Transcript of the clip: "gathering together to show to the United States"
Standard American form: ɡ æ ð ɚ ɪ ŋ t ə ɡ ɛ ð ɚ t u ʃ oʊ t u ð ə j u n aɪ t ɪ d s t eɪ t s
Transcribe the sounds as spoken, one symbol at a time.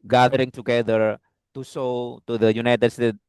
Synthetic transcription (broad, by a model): ɡ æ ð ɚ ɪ ŋ t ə ɡ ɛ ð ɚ t u s oʊ t u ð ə j u n aɪ t ɪ d s t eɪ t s